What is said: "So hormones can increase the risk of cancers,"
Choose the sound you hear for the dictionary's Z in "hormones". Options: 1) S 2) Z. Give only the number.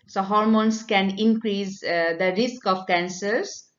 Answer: 1